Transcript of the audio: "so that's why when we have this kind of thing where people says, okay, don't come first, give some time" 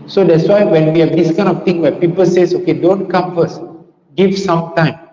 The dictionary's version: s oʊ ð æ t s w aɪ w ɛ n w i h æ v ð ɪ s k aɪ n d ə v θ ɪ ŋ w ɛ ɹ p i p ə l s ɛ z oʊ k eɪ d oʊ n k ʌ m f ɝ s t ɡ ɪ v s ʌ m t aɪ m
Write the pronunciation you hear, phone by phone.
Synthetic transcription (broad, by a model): s oʊ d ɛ t s w aɪ w ɛ n w i h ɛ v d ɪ s k aɪ n d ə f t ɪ ŋ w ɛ p i p ə l s ɛ s oʊ k eɪ d oʊ n k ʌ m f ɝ s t ɡ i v s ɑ m t aɪ m